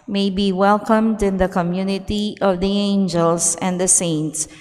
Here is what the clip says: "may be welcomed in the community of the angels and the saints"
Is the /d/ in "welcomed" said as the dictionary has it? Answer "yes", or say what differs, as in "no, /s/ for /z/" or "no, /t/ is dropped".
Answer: yes